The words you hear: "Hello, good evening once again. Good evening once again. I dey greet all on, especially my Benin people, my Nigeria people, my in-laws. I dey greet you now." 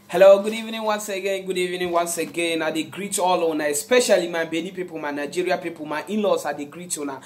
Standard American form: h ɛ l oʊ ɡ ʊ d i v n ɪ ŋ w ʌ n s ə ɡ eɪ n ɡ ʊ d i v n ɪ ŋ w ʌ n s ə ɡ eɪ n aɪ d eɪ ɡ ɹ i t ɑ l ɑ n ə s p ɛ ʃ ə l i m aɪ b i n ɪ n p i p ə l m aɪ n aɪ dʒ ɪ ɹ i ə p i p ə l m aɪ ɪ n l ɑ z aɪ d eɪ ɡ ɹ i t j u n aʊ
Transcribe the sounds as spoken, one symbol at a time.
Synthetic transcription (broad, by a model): h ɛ l oʊ ɡ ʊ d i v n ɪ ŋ w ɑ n s ə ɡ eɪ n ɡ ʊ d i v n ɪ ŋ w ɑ n s ə ɡ eɪ n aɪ d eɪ ɡ ɹ i t ɑ l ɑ n ə s p ɛ ʃ ə l i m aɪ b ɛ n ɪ p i p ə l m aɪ n aɪ dʒ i ɹ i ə p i p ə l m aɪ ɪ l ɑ s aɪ d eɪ ɡ ɹ i t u n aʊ